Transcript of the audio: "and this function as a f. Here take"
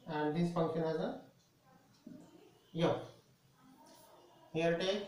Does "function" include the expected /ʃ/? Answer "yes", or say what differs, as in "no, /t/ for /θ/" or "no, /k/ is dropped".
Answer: no, /ʃ/ is dropped